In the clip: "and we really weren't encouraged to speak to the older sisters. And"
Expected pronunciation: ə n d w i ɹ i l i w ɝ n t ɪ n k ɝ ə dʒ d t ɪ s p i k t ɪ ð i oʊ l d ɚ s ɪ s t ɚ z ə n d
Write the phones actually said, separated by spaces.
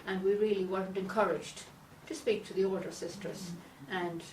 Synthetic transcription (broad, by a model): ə n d w i ɹ i l i w ɝ n t ɪ n k ɝ ə dʒ d t ɪ s p i k t ɪ ð i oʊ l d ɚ s ɪ s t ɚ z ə n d